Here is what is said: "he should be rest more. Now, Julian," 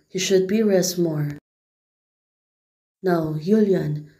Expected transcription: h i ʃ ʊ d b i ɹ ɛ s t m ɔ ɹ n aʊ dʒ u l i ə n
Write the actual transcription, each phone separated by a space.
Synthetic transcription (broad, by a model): h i ʃ ʊ d b i ɹ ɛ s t m ɔ ɹ n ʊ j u l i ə n